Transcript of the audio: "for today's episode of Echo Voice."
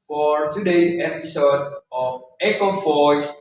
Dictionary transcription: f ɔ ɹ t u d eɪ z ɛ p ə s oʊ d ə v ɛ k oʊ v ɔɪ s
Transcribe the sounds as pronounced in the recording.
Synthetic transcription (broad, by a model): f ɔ ɹ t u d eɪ ɛ p ə s oʊ d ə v ɛ k oʊ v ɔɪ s